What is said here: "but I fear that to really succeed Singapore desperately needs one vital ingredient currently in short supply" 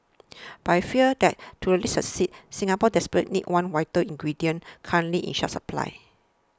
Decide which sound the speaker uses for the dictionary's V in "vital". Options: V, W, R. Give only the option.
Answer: W